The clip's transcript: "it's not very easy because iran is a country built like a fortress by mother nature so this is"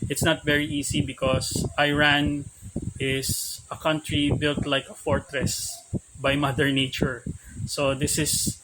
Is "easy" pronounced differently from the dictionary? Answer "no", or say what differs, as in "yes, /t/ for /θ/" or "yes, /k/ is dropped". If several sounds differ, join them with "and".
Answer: yes, /s/ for /z/